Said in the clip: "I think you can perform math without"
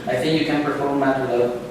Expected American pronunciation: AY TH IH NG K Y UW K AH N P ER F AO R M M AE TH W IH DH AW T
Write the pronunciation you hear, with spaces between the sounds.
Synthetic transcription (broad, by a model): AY TH IH NG K Y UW K AH N P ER F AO R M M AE T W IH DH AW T